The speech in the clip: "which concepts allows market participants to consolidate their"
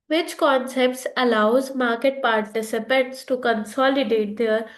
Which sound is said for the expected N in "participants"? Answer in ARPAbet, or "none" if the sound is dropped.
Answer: none